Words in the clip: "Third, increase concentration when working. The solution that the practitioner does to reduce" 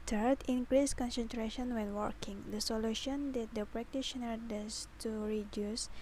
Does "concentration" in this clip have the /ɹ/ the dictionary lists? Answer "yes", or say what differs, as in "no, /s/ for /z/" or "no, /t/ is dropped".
yes